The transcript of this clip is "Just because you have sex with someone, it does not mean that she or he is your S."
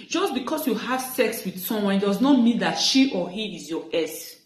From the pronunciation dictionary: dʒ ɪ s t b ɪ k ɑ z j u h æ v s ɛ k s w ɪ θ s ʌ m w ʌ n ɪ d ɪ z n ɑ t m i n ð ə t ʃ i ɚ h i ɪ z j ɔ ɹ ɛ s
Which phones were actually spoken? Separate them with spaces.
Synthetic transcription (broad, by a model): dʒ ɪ s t b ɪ k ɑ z j u h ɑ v s ɛ k s w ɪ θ s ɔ m w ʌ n d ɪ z n ɑ t m i n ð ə t ʃ i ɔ h i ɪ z j ɔ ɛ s